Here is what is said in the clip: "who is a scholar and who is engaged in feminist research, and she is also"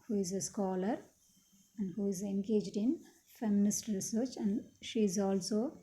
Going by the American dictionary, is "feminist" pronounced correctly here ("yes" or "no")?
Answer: yes